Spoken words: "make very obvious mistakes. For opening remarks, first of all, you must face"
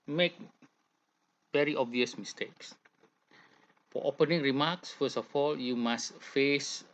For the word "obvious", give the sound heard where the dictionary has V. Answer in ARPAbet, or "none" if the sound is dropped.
V